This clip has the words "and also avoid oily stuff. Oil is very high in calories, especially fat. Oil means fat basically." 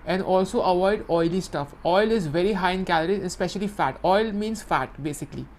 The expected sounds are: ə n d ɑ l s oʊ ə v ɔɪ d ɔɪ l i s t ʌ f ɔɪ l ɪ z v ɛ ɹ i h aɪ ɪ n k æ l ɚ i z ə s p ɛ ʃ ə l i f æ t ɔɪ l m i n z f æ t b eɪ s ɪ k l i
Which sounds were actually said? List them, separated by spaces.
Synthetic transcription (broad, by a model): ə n d ɑ l s oʊ ə v ɔɪ d ɔɪ l i s t ʌ f ɔɪ l ɪ z v ɛ ɹ i h aɪ ɪ n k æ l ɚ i ə s p ɛ ʃ ə l i f æ t ɔɪ l m i n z f æ t b eɪ s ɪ k l i